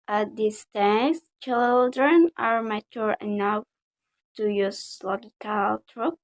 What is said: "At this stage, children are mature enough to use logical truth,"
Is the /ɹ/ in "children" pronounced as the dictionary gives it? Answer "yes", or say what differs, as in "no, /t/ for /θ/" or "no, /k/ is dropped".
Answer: yes